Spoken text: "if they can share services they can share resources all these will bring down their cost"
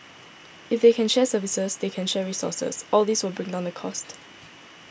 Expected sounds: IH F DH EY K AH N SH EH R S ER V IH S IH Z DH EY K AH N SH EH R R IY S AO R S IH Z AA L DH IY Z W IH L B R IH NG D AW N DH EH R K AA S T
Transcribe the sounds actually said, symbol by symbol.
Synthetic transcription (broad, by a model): IH F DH EY K AH N SH EH S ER V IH S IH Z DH EY K AH N SH EH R R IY S AO S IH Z AA L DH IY S W IH L B R IH NG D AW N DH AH K AA S T